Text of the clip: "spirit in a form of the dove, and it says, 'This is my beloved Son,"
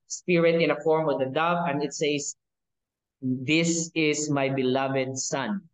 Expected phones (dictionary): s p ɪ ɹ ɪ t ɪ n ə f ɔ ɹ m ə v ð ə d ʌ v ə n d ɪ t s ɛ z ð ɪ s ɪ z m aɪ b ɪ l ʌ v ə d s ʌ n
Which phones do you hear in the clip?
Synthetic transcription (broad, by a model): s p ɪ ɹ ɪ t ɪ n ə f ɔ ɹ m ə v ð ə d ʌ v ə n d ɪ t s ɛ s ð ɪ s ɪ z m aɪ b ɪ l ʌ v ə d s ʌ n